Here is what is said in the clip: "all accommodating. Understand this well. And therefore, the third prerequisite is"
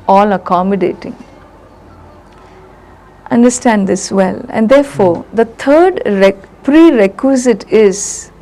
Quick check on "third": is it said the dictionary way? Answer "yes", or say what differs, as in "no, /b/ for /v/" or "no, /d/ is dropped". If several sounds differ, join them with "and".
no, /t/ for /θ/